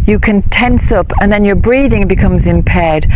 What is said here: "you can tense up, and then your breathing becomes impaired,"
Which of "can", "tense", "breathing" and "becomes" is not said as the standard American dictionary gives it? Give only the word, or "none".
none